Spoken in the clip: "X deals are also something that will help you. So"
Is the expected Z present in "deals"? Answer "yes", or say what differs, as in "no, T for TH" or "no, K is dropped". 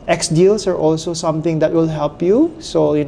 no, S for Z